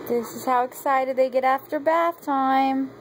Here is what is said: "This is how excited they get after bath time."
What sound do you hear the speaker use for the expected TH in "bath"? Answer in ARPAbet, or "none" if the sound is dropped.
TH